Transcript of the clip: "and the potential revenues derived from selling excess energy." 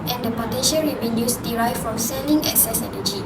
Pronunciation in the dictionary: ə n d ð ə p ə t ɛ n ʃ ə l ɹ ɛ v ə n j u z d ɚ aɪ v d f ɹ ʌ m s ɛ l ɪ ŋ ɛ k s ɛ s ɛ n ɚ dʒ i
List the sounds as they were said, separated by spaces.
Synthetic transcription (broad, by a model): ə n d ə p ə t ɛ n ʃ ə l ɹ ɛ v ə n j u s d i aɪ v f ɹ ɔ m s ɛ l ɪ ŋ ɛ k s ɛ s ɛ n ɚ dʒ i